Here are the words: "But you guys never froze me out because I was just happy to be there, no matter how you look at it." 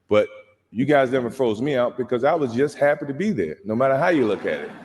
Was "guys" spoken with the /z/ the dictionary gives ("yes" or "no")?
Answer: yes